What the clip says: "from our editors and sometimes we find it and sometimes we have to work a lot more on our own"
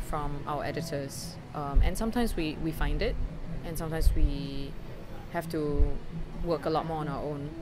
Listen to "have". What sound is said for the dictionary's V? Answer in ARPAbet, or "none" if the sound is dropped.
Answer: F